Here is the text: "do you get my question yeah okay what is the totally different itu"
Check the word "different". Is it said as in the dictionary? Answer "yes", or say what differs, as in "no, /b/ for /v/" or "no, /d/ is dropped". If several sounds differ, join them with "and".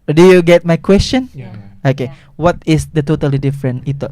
no, /t/ is dropped